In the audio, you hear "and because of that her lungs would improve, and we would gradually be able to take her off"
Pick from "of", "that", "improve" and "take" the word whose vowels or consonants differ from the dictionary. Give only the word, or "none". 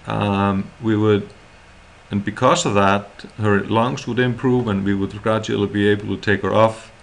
none